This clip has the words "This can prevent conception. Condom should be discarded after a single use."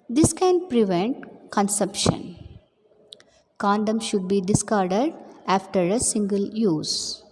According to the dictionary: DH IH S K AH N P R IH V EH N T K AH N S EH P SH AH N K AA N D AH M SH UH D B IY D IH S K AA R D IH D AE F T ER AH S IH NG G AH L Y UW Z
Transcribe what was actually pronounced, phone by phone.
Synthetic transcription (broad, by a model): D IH S K AH N P R IH V EH N T K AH N S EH P SH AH N K AA N D AH M SH UH D B IY D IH S K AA R D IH D AE F T ER AH S IH NG G AH L Y UW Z